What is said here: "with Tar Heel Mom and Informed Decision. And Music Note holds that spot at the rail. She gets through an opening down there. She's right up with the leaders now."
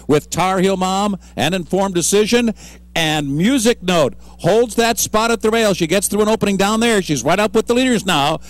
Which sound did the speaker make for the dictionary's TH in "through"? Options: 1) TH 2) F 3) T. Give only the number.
1